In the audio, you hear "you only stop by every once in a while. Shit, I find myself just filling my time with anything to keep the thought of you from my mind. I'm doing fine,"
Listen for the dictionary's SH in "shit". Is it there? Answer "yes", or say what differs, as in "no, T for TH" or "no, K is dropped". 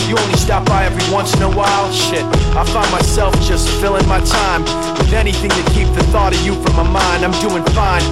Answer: yes